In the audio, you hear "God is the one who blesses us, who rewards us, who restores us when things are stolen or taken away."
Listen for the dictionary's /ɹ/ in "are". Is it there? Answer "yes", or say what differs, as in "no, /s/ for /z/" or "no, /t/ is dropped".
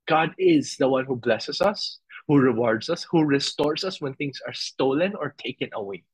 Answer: yes